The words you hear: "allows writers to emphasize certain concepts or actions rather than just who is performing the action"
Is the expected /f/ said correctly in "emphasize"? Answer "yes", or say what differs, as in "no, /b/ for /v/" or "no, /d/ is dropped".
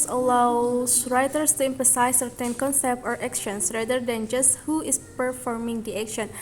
no, /p/ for /f/